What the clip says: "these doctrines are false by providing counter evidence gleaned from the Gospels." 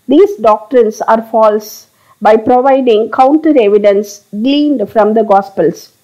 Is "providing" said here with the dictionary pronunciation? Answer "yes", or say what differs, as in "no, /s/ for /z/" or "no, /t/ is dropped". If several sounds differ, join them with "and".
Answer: yes